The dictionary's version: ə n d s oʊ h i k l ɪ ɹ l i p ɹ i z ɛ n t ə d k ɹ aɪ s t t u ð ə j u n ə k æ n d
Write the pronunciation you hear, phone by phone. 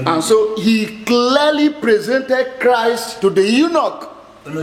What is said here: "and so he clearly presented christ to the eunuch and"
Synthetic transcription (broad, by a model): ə n s oʊ h i k l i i l i p ɹ i z ɛ n t ə d k ɹ aɪ s t t u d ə j u n ə k